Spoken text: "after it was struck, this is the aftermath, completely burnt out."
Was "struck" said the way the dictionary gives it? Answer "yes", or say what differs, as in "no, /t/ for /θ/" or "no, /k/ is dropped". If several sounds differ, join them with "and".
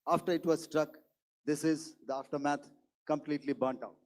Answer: yes